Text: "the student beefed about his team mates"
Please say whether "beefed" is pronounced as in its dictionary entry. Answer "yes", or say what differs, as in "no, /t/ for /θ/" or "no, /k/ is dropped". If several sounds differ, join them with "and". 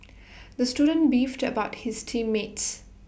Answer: yes